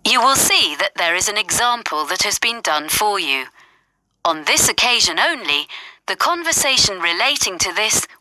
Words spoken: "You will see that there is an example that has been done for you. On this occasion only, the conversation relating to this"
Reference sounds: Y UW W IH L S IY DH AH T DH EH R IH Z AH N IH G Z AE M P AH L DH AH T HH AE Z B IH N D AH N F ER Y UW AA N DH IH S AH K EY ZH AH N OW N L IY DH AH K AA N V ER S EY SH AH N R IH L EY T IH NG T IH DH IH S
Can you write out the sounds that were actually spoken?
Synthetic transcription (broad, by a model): Y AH W IH L S IY DH AH T DH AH R IH Z AH N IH G Z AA M P AH L DH AH T HH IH Z B IH N D AH N F ER Y UW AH N DH IH S AH K EY ZH AH N OW N L IY DH AH K AA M V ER S EY SH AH N R IH L EY T IH NG T IH DH IH S